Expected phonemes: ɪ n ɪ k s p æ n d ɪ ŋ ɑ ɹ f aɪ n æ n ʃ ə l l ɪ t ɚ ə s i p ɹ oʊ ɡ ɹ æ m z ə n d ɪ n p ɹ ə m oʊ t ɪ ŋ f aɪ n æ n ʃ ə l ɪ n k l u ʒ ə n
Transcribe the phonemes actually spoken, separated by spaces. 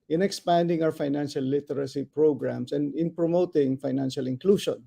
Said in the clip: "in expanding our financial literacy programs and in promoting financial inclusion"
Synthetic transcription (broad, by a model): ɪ n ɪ k s p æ n d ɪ ŋ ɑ w f aɪ n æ n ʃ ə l l ɪ t ɚ ə s i p ɹ oʊ ɡ ɹ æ m s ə n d ɪ n p ɹ ə m oʊ t ɪ ŋ f aɪ n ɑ n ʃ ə l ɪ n k l u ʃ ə n